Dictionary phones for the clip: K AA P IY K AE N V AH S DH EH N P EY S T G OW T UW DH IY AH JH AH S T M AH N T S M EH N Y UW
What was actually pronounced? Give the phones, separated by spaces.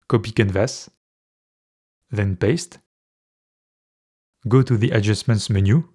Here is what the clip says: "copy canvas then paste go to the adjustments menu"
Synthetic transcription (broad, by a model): K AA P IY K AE N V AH S DH EH N P EY S T G OW T UW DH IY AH JH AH S M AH N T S M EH N Y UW